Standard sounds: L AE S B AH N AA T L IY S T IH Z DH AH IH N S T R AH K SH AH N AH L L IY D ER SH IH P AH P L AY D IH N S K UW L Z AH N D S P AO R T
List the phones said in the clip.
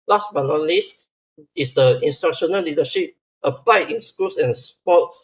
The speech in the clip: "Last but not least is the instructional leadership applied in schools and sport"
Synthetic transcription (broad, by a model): L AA S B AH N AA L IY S IH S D AH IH N S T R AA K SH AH N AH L L IY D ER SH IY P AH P L AY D IH N S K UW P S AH N S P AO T